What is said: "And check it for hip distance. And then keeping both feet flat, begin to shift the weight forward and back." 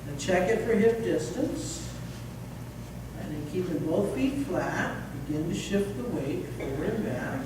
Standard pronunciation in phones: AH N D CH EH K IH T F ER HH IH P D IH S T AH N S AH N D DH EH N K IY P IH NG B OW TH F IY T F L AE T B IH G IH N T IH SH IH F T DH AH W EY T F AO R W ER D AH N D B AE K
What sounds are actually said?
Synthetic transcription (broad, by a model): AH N CH EH K IH T F ER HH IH F D IH S T AH N S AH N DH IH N K IY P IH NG B OW TH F IY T F L AE T B IH G IH N T IH SH IH F T DH AH W EY T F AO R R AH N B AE